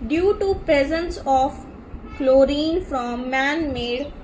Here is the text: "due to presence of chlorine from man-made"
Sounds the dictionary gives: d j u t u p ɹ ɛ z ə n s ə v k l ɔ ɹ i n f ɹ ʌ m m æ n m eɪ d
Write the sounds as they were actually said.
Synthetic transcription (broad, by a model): d j u t u p ɹ ɛ z ə n s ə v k l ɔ ɹ i n f ɹ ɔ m m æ n m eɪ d